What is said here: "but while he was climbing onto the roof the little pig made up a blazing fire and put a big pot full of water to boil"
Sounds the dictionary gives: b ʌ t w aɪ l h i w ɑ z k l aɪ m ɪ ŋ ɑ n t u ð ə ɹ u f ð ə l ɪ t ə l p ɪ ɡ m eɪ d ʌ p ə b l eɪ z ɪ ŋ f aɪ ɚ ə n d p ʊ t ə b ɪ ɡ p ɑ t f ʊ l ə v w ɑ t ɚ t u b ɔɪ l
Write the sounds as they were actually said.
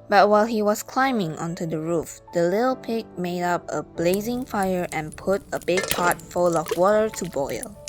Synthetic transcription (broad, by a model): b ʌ t w aɪ l h i w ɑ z k l aɪ m ɪ ŋ ɑ n t u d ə ɹ u f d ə l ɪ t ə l p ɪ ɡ m eɪ d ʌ p ə b l eɪ z ɪ ŋ f aɪ ɚ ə n p ʊ t ə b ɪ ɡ p ɑ t f ʊ l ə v w ɑ t ɚ t u b ɔɪ l